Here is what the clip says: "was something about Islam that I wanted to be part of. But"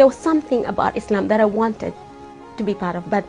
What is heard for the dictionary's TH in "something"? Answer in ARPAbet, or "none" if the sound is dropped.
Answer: TH